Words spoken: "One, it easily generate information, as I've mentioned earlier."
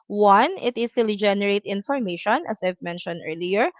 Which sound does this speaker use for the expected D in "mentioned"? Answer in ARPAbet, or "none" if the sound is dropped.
D